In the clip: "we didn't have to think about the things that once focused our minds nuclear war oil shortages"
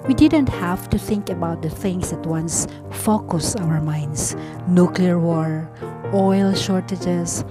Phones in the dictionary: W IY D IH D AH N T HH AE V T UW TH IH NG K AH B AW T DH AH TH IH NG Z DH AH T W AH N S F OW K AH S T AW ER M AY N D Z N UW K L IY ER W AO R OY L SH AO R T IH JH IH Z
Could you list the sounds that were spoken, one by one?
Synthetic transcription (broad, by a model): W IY D IH D AH N T HH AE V T UW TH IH NG K AH B AW T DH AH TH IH NG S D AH T W AH N S F OW K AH S AW ER M AY N D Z N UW K L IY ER W AO R OY L SH AO R T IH JH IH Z